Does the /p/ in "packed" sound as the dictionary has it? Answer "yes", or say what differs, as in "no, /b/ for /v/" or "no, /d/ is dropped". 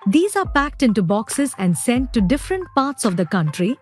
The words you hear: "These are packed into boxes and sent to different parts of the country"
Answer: yes